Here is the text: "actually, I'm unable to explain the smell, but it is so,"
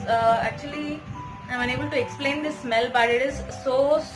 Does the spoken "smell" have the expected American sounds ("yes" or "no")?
yes